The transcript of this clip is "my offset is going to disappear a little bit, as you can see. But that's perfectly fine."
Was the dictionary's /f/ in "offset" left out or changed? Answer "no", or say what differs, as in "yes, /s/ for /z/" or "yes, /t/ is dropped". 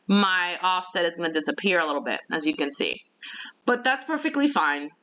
no